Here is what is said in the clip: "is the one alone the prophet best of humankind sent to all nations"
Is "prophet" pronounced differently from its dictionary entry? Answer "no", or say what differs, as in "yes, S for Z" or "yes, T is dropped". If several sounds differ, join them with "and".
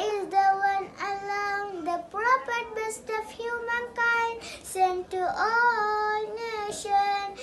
yes, P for F